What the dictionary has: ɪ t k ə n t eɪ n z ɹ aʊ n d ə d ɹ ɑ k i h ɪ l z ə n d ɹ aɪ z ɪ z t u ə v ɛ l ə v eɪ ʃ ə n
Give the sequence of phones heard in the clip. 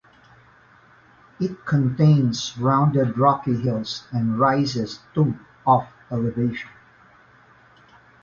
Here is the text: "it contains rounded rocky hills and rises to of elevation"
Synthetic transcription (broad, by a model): ɪ t k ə n t eɪ n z ɹ aʊ n d ə d ɹ ɑ k i h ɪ l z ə n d ɹ aɪ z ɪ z t u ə f ɛ l ə v eɪ ʃ ə n